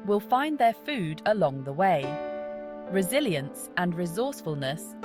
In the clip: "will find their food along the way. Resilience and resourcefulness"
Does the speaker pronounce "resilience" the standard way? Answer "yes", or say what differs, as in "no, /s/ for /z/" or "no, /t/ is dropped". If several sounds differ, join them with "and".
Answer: yes